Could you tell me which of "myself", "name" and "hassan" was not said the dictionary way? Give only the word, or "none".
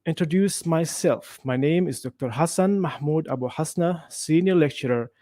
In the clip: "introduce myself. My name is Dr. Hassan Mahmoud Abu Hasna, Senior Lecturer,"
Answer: none